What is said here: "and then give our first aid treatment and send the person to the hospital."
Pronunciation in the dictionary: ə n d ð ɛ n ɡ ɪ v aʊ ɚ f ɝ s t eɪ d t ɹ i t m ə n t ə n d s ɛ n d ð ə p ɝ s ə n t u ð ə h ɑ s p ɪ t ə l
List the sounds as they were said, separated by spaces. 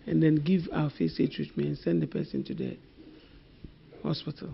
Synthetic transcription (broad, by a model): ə n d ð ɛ n ɡ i v aʊ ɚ f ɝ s eɪ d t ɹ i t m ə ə n s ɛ n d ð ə p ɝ s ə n t u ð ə h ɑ s p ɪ t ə l